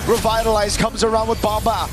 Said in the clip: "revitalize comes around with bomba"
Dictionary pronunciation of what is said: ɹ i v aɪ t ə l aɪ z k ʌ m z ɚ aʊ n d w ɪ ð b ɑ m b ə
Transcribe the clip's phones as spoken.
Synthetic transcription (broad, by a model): ɹ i v aɪ t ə l aɪ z k ʌ m z ɚ aʊ n d w ɪ ð b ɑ m b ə